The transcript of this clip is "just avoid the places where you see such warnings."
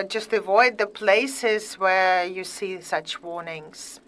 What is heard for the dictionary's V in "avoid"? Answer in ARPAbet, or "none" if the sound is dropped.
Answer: V